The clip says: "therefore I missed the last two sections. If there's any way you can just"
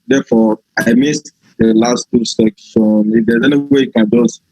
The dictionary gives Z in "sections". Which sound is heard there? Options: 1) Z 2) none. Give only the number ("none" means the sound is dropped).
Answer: 2